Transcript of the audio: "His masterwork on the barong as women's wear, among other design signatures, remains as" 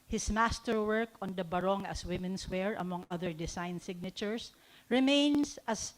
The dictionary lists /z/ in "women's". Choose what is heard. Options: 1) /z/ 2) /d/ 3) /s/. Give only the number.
3